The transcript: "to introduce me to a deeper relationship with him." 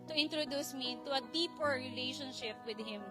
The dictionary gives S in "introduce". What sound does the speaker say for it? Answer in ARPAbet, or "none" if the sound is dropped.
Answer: S